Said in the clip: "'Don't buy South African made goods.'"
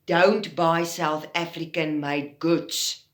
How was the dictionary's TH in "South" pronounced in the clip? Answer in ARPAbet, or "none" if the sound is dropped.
TH